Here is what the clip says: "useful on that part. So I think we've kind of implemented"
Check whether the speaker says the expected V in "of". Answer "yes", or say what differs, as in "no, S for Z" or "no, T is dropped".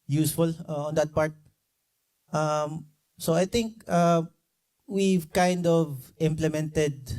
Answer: yes